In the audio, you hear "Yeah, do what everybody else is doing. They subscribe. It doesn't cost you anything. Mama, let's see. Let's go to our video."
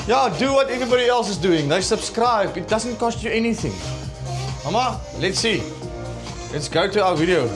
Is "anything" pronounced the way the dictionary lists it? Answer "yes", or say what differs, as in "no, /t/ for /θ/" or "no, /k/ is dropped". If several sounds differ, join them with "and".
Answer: yes